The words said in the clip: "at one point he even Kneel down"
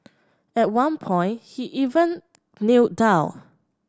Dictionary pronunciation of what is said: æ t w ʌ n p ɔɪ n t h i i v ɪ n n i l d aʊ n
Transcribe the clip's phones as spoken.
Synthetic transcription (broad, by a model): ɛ t w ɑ n p ɔɪ n t h i i v ɪ n n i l d aʊ